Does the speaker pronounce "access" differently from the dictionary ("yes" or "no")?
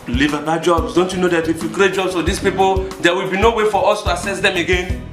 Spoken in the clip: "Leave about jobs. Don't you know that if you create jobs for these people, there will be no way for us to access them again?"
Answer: yes